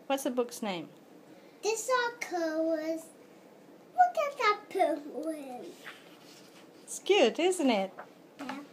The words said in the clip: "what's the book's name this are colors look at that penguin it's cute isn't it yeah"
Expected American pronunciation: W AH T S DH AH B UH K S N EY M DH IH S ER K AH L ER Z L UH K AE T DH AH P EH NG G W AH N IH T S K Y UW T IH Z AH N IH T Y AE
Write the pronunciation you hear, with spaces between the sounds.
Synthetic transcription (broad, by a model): W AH T S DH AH B UH K S N EY M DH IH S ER K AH W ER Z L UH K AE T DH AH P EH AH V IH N S K Y UW T IH Z AH N IH T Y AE